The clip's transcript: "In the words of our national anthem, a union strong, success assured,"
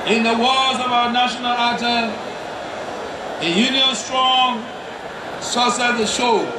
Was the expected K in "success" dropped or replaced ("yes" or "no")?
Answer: yes